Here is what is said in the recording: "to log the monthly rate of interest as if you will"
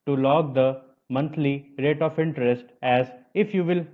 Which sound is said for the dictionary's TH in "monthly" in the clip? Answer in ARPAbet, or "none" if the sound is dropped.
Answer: T